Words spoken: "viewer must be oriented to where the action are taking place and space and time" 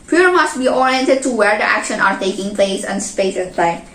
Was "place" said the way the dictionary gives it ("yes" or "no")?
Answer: yes